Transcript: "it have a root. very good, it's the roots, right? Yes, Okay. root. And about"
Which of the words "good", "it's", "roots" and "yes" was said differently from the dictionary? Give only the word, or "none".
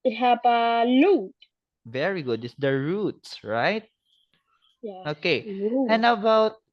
yes